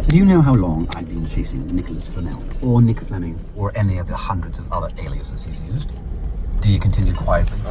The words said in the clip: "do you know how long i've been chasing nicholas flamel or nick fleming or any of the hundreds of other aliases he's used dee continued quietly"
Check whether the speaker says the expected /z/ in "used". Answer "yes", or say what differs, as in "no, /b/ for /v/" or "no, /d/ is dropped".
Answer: yes